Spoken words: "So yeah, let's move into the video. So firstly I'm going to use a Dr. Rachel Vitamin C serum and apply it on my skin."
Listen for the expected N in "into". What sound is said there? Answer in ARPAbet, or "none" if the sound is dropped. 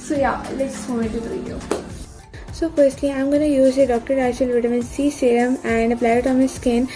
none